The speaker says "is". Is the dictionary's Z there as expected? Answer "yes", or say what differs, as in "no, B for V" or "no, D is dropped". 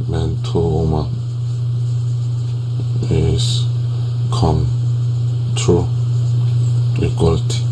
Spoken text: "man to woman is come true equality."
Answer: no, S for Z